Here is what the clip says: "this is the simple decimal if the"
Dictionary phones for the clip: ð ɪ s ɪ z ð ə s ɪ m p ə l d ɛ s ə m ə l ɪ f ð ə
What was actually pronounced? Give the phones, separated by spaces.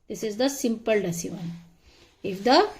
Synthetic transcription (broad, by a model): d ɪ s ɪ z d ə s ɪ m p ə l d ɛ s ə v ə n ɪ f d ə